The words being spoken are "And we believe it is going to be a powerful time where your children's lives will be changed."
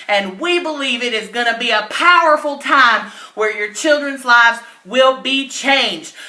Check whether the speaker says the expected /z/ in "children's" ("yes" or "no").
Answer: yes